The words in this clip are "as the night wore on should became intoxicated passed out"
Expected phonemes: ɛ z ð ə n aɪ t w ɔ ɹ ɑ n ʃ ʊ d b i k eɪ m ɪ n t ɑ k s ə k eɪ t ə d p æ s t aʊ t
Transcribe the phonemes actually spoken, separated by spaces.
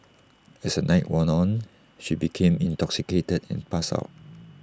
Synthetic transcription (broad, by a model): ɛ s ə n aɪ t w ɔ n ɑ n ʃ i b i k eɪ m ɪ n t ɑ k s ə k eɪ t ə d p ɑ s aʊ t